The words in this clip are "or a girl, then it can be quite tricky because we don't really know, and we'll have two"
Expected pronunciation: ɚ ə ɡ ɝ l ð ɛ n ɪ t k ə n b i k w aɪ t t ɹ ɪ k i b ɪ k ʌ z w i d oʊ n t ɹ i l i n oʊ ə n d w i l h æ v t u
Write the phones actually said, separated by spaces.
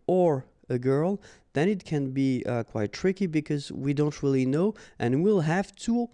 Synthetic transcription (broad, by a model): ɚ ə ɡ ɝ l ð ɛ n ɪ t k ə n b i k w aɪ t t ɹ ɪ k i b ɪ k ʌ z w i d oʊ n t ɹ i l i n oʊ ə n w i l h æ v t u